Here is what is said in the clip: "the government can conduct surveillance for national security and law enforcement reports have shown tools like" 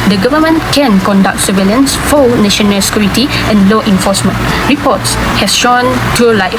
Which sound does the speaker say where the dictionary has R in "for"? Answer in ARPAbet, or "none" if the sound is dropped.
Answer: L